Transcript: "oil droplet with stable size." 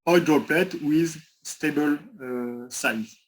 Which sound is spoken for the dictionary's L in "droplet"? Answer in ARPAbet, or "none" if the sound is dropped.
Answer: L